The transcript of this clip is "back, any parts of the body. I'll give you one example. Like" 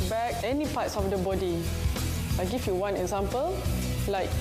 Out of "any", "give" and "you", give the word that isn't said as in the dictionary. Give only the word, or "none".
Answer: give